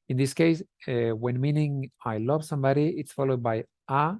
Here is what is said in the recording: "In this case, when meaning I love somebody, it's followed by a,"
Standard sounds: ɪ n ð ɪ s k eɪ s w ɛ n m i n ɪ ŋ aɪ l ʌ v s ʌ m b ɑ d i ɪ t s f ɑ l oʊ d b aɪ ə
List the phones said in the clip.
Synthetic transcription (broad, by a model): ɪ n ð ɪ s k eɪ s w ɛ n m i n ɪ ŋ aɪ l ʌ v s ʌ m b ɑ d i ɪ t s f ɑ l oʊ d b aɪ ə